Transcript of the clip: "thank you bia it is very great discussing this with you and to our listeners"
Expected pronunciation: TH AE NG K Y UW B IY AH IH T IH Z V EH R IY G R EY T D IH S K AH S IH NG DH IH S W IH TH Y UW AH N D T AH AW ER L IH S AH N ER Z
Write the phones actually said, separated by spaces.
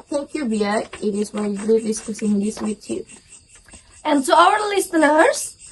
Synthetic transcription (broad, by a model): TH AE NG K Y UW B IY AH IH T IH Z W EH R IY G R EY D IH S K AH S IH NG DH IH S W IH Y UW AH N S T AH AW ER L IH S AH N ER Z